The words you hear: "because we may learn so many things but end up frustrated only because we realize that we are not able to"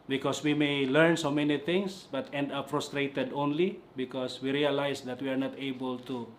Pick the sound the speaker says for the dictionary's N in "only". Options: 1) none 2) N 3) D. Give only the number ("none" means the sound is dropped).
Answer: 2